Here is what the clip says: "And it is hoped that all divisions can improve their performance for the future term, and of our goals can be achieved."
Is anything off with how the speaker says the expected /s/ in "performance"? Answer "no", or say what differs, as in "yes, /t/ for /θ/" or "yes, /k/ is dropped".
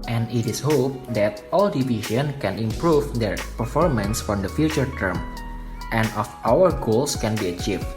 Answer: no